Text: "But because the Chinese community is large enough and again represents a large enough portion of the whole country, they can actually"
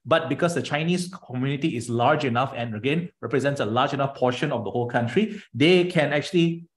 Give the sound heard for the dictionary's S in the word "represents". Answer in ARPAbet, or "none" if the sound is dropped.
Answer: S